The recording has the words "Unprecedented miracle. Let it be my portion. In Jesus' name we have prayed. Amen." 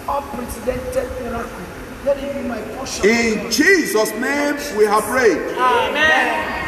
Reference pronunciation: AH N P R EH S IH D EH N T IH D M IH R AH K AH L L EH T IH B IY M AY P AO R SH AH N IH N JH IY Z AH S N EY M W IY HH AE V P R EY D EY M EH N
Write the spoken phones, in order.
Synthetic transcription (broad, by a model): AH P R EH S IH D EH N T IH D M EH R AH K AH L L EH T IH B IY M AY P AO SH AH IH N JH IY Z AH S N EY M W IY HH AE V R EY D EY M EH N